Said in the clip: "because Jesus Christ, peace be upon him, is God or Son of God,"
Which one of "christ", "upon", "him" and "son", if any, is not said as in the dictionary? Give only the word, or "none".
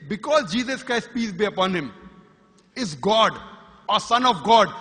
none